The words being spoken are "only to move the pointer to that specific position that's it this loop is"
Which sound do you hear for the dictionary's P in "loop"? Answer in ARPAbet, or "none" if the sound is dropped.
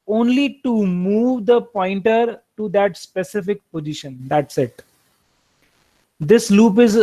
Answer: P